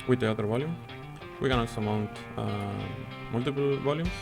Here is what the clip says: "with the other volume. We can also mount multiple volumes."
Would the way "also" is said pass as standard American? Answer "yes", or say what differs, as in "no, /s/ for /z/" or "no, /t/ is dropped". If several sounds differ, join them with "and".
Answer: no, /l/ is dropped